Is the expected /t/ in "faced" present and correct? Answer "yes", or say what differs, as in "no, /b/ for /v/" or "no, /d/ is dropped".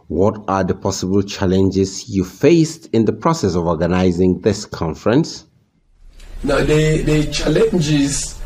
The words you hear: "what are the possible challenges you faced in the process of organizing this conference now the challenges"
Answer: yes